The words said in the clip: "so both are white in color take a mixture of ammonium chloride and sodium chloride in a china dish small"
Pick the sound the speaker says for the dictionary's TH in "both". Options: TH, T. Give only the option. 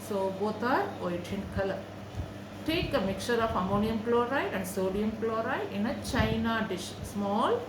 T